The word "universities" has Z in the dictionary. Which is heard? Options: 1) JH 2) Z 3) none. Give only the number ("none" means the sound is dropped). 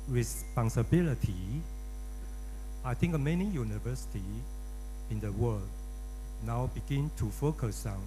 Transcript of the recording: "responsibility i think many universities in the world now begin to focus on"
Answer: 3